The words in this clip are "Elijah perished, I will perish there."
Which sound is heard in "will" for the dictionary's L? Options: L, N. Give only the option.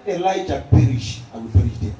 N